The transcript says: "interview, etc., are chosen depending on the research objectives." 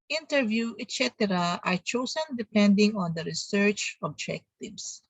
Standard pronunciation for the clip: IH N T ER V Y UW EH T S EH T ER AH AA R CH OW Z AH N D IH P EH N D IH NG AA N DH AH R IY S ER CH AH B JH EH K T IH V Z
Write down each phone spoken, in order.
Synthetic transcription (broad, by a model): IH N T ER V Y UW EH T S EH T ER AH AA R CH OW S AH N D IH P EH N D IH NG AA N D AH R IY S ER CH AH B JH EH K T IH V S